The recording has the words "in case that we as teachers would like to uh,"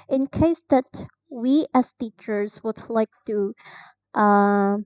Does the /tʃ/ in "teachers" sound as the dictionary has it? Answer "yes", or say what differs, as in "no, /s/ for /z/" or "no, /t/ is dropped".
yes